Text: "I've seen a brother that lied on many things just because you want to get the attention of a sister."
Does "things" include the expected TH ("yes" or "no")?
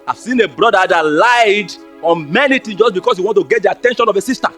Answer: no